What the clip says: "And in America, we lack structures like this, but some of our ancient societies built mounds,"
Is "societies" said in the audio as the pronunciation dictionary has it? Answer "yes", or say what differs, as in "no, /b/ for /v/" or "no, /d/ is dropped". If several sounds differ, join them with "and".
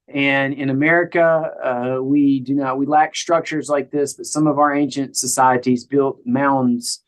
yes